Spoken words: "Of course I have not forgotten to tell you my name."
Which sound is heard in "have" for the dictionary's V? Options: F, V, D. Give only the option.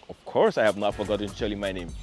V